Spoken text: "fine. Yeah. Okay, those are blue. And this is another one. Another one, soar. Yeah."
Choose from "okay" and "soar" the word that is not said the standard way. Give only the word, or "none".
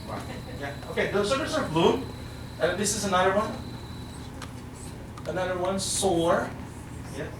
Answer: none